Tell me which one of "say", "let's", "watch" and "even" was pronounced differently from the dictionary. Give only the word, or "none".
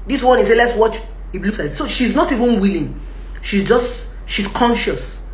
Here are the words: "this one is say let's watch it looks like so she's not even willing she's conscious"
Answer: none